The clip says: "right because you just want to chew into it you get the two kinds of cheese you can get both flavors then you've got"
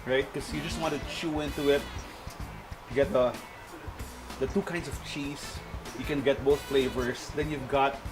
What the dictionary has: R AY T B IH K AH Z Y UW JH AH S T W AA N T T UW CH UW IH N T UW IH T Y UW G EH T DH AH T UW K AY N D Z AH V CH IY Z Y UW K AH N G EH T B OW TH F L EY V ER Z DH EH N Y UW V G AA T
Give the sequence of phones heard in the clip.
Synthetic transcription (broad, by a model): R AY T K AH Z Y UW JH AH S T W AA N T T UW CH UW IH N T UW IH T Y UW G EH T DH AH T UW K AY N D S AH V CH IY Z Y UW K AH N G EH T B OW TH F L EY V ER S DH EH N Y UW V G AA T